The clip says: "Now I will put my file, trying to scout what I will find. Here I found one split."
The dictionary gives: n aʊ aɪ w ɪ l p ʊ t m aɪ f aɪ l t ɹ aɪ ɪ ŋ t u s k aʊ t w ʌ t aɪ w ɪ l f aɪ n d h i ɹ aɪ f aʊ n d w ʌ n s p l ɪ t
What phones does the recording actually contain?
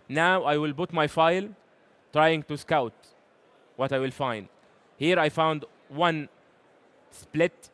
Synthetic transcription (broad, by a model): n aʊ aɪ w ɪ l b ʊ t m aɪ f aɪ l t ɹ aɪ ɪ ŋ t u s k aʊ t w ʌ t aɪ w ɪ l f aɪ n d h i ɹ aɪ f aʊ n d w ʌ n s p l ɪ t